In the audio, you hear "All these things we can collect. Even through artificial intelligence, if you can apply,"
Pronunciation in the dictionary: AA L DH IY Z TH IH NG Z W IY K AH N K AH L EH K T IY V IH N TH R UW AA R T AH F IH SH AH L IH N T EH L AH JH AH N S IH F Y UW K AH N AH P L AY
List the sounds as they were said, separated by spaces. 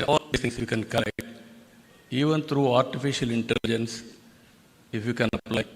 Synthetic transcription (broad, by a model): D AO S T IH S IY K AH N K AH IH T IY V IH N T R UW AA R T AH F IH SH AH L IH N T EH L AH JH AH N S IH F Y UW K AH N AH P L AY